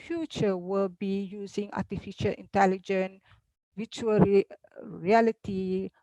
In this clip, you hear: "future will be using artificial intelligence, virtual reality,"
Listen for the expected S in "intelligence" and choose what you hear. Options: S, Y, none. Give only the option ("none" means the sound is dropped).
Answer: none